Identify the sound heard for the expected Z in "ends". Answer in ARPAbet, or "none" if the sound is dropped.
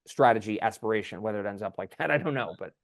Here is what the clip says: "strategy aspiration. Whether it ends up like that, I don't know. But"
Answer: Z